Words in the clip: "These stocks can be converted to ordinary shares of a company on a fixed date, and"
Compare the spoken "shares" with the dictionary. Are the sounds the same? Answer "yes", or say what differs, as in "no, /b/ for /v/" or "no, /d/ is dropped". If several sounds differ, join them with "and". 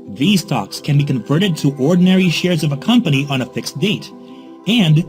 yes